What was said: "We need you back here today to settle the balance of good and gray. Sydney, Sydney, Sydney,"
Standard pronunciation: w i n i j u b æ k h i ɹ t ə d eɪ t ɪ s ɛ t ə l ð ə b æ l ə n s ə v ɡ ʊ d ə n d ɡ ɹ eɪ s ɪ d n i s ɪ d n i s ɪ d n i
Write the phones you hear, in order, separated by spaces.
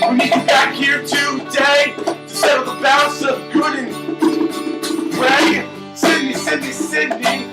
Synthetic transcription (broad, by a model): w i n i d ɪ b æ k h i ɹ t ə d eɪ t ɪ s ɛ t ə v ð ə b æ ə s ə v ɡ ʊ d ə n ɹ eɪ s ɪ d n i s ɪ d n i s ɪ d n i